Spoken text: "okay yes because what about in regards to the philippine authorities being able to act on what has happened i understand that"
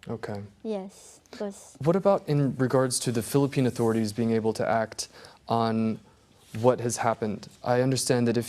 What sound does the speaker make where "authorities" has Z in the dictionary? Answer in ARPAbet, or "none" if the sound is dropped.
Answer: Z